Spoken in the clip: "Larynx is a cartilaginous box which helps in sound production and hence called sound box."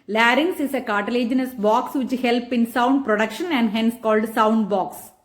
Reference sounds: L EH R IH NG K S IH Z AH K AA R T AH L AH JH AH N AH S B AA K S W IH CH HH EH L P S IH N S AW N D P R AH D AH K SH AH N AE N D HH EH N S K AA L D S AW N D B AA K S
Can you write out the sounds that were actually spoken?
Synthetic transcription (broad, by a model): L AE R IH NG S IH S AH K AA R T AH L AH JH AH N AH S B AA K S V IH CH HH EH L P IH N S AW N D P R AH D AH K SH AH N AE N D HH EH N S K AA L D S AW N D B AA K S